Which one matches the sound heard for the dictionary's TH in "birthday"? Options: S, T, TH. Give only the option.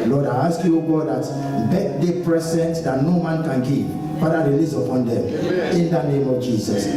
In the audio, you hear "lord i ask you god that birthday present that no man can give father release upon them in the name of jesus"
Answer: T